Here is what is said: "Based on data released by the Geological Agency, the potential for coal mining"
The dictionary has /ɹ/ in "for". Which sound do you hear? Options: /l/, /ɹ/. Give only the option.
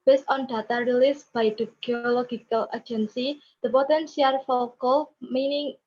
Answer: /l/